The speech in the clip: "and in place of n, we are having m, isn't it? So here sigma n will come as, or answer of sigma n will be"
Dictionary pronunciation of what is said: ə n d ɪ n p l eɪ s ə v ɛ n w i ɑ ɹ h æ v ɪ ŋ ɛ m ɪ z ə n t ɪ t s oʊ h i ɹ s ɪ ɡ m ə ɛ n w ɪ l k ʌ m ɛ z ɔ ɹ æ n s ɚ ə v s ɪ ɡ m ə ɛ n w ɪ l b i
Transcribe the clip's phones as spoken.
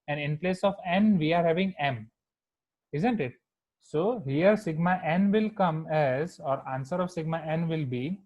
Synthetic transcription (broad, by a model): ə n d ɪ n p l eɪ s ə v ɛ n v i ɑ ɹ h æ v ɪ ŋ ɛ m ɪ z ə n t ɪ t s oʊ h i ɹ s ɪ ɡ m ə ɛ n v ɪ l k ʌ m ɛ z ɔ ɹ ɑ n s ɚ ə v s ɪ ɡ m ə ɛ n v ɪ l b i